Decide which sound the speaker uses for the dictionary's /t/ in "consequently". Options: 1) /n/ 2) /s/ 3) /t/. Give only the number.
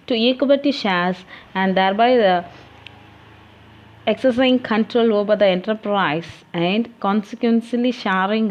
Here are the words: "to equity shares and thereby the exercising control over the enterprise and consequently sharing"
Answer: 2